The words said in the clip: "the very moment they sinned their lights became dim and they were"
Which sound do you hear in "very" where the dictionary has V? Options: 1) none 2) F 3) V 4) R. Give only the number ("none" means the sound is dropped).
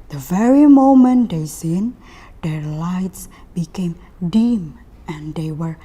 3